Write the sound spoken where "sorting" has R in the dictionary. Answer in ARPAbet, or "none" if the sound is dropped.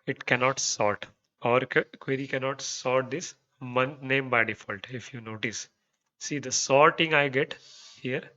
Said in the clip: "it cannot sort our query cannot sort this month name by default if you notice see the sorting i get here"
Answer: R